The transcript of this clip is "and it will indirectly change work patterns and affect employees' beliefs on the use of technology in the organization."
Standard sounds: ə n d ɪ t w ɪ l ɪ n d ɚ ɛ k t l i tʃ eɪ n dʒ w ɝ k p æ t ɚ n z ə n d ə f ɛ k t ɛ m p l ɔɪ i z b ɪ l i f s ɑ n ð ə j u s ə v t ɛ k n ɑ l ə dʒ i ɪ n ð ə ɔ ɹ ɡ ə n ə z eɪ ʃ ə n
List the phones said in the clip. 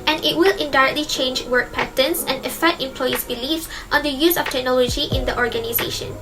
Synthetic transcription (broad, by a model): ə n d ɪ t w ɪ l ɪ n d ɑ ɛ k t l i tʃ eɪ n dʒ w ɝ k p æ t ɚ n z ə n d ə f ɛ k t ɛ m p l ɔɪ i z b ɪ l i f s ɑ n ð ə j u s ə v t ɛ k n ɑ l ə dʒ i ɪ n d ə ɔ ɹ ɡ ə n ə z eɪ ʃ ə n